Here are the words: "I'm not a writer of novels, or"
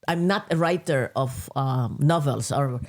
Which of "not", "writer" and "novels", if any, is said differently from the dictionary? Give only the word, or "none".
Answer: novels